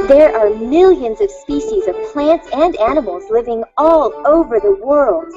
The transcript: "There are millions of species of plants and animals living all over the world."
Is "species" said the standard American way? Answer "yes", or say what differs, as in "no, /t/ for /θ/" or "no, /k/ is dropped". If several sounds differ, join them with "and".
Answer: yes